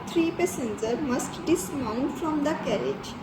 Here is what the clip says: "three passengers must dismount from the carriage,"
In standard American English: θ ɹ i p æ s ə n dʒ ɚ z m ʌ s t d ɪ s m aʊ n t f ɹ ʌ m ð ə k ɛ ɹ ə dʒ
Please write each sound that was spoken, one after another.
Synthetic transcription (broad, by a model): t ɹ i p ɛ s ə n z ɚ m ʌ s t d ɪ s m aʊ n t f ɹ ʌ m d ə k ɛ ɹ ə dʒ